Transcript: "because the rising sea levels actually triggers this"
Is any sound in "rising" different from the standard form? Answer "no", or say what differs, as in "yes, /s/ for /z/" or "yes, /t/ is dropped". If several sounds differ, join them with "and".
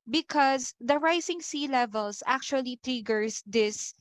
yes, /s/ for /z/